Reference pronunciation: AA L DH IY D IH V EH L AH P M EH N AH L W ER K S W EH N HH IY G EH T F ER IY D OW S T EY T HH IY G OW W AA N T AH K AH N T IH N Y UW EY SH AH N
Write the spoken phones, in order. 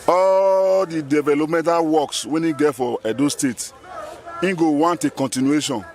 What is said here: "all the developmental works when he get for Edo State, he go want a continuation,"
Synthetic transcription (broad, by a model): AA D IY D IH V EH L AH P M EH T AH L W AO K S W EH N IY G EH T F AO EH D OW S T EY T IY G OW W AA N T AH K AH N T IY N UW EY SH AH N